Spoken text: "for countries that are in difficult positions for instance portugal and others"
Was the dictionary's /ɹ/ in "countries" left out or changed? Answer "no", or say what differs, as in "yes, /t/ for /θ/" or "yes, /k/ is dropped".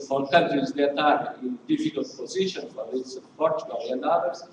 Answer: yes, /ɹ/ is dropped